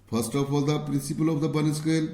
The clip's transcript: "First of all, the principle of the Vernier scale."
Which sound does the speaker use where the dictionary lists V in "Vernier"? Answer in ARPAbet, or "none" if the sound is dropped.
B